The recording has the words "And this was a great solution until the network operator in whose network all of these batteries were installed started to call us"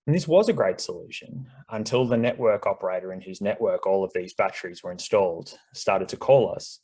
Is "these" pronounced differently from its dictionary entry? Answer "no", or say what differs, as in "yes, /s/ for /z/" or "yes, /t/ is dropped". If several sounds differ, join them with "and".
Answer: no